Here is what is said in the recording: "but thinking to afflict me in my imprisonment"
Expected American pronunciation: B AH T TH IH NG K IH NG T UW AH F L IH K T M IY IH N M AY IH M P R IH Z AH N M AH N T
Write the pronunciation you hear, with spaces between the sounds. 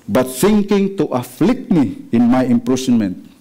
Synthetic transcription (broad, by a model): B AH T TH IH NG K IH NG T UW AH F L IH K T M IY IH N M AY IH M P R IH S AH N M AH N T